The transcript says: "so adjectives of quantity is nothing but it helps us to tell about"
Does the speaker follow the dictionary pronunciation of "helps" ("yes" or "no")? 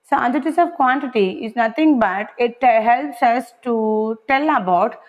yes